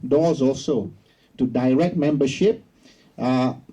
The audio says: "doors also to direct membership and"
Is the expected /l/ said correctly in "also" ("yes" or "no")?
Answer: yes